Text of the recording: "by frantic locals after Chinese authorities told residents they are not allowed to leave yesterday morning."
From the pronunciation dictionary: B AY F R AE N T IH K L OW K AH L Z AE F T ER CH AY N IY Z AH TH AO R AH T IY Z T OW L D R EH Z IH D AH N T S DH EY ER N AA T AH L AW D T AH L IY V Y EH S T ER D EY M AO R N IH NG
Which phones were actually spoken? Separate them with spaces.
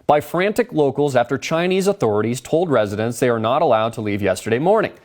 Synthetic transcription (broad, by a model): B AY F R AE N T IH K L OW K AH L Z AE F T ER CH AY N IY Z AH TH AO R AH T IY Z T OW L D R EH Z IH D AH N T S DH EY ER N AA T AH L AW D T AH L IY V Y EH S T ER D EY M AO R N IH NG